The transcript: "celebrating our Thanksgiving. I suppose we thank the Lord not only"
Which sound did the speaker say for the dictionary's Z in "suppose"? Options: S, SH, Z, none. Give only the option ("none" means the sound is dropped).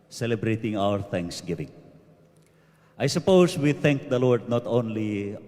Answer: S